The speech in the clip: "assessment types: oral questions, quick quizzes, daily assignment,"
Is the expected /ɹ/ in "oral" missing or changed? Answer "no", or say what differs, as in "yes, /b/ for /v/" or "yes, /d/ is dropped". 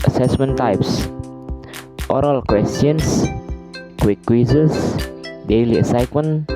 no